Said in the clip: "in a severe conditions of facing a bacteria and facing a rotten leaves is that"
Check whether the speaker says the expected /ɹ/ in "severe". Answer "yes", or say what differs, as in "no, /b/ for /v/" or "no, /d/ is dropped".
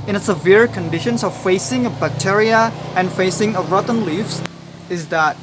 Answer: yes